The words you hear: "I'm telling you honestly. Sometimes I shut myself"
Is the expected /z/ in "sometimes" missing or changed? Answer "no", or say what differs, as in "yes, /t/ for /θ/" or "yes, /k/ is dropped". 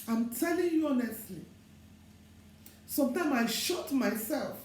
yes, /z/ is dropped